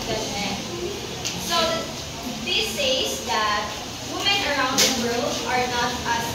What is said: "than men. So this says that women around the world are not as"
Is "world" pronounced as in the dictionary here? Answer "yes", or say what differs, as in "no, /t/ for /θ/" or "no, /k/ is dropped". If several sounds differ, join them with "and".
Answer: yes